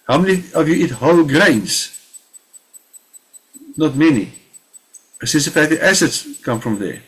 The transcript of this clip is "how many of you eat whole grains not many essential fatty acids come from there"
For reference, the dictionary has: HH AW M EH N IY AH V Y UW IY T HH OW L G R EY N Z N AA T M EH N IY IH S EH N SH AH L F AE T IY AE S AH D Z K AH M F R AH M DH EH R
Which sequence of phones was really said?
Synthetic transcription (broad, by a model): HH AW M EH N IY AH V Y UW IY T HH OW L G R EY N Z N AA T M EH N IY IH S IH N S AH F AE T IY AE S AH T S K AH M F R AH M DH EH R